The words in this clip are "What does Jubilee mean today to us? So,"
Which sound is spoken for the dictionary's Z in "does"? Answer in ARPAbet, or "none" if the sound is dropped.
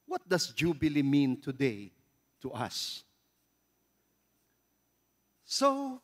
S